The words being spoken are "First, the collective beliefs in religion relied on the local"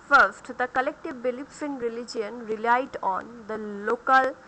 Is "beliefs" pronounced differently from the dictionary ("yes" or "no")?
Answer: yes